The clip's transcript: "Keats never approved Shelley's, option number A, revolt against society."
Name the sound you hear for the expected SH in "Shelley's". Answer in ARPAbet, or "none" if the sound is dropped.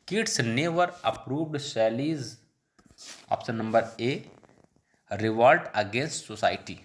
S